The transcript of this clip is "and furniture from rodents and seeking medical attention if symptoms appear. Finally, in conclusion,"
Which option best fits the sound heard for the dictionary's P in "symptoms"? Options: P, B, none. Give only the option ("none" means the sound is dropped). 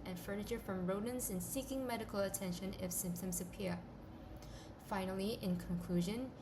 P